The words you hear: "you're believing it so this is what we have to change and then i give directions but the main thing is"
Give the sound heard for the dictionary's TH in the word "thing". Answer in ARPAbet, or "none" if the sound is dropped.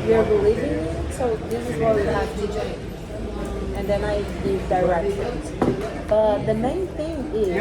TH